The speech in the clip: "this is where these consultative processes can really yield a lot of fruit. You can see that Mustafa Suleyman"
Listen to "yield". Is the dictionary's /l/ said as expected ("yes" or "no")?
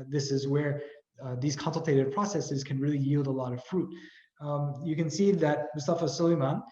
yes